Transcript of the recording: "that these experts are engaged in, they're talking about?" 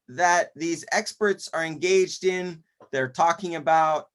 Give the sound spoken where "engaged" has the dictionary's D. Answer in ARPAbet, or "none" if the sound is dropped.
D